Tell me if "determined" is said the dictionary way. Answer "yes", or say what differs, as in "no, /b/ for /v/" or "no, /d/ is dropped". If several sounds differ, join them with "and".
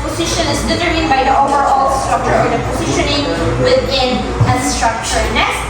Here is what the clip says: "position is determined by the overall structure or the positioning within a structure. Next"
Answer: no, /m/ is dropped